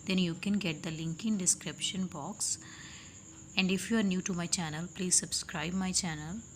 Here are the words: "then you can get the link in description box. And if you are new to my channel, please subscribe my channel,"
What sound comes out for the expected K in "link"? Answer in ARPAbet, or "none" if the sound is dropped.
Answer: K